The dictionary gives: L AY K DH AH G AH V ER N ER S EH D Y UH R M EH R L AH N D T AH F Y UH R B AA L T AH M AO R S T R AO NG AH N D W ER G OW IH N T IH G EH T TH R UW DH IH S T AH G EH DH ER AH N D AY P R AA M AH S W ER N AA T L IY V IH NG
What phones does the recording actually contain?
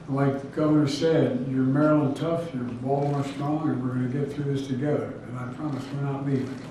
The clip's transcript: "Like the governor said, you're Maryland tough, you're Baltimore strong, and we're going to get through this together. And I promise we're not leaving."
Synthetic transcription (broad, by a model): L AY K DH G AH V ER N ER S EH D Y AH R M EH R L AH N T AH F Y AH R B AA L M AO R S T R AO NG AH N W ER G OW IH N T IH G EH T TH R UW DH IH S T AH G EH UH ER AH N AY P R AA M AH S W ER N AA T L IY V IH